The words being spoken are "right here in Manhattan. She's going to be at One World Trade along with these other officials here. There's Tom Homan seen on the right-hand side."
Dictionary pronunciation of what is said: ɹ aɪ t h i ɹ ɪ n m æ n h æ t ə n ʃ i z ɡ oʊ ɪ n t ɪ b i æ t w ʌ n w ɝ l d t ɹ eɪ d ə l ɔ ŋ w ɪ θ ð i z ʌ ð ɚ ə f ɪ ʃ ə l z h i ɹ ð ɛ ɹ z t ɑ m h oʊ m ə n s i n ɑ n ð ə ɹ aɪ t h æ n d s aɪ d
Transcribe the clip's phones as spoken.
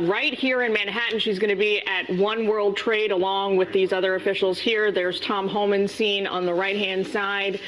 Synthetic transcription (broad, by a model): ɹ aɪ t h i ɹ ɪ n m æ n h æ t n ʃ i z ɡ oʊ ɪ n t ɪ b i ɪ t w ʌ n w ɝ l d t ɹ eɪ d ə l ɔ ŋ w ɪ ð i z ʌ ð ɚ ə f ɪ ʃ l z h i ɹ ð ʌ ɹ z t ɑ m h oʊ m ə n s i n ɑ n ð ə ɹ aɪ t h æ n d s aɪ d